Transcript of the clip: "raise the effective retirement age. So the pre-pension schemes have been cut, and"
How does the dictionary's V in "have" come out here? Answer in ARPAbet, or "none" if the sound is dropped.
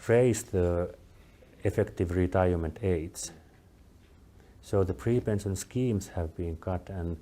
V